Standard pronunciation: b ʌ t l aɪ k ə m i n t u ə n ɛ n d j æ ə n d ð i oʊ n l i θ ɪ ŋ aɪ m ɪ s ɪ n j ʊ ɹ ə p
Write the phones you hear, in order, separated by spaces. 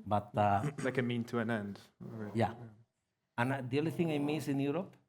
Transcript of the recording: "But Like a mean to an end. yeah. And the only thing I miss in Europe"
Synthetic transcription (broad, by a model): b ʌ t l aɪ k ə m i n t u ə n ɛ n d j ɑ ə n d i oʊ l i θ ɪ ŋ aɪ m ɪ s ɪ n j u ɹ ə p